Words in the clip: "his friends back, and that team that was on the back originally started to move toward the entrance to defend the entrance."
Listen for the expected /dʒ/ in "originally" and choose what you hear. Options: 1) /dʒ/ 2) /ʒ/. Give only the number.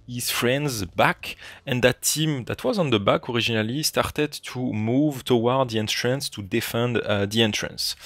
2